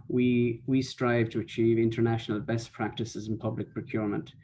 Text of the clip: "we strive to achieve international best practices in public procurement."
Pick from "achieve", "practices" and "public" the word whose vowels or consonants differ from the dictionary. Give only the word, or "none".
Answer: none